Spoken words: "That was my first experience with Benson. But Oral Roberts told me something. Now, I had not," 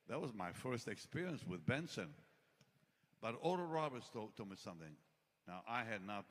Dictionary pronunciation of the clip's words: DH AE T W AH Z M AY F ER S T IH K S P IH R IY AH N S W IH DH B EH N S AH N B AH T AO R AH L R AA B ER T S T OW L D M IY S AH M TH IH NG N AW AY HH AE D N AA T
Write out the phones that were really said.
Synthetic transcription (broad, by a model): DH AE T W AH Z M AY F ER S T IH K S P IH R IY AH N S W IH DH B EH N S AH N B AH T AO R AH R AA B ER T S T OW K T M IY S AH M TH IH NG N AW AY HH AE D N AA T